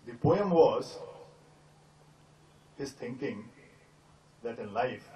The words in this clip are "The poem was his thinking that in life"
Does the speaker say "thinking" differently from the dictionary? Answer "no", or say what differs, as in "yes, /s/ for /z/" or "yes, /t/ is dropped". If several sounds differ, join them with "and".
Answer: yes, /t/ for /θ/